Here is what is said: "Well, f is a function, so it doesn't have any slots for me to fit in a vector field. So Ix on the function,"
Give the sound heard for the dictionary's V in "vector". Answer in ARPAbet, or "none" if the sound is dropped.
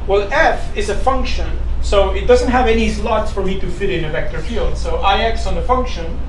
V